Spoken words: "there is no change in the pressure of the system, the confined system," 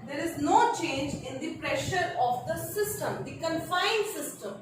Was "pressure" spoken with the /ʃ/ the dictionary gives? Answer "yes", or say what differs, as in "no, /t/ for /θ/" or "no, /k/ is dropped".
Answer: yes